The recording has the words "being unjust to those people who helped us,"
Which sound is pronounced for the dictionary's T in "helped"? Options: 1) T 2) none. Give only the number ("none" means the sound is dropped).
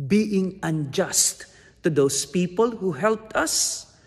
1